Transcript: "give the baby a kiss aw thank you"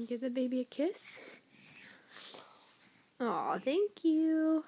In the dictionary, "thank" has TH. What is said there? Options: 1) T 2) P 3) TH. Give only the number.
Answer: 3